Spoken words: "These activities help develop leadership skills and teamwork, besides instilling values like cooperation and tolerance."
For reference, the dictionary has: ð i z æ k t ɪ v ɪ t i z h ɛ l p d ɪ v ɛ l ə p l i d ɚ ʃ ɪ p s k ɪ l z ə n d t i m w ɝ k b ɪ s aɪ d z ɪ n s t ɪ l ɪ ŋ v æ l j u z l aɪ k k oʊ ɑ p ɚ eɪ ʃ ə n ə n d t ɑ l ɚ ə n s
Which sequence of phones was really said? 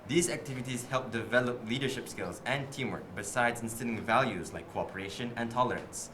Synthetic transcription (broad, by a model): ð i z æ k t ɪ v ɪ t i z h ɛ l p d ɪ v ɛ l ə p l i d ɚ ʃ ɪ p s k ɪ l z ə n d t i m w ɝ k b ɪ s aɪ d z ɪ n s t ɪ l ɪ ŋ v æ l j u z l aɪ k k oʊ ɑ p ɚ eɪ ʃ ə n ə n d t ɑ l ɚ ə n s